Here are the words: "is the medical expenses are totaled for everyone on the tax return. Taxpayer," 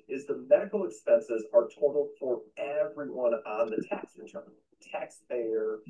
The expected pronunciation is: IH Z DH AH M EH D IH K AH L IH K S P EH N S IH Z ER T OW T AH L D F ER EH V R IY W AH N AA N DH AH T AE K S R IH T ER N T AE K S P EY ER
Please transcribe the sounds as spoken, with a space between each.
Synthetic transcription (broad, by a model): IH Z DH AH M EH D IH K L IH K S P EH N S IH Z ER T OW T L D F ER EH V R IY W AH N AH N DH AH T AE K S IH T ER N T AE K S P EY ER